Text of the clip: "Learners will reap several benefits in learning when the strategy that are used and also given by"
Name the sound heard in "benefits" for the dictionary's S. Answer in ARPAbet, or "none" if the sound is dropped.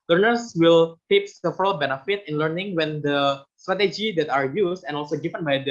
none